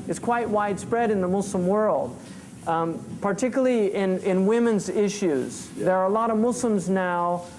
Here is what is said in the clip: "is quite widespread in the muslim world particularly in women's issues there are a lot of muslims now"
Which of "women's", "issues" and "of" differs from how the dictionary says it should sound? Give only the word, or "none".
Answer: none